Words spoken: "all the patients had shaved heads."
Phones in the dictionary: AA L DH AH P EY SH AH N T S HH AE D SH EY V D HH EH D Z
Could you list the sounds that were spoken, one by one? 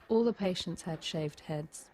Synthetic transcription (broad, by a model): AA L DH AH P EY SH AH N T S HH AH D SH EY V D HH EH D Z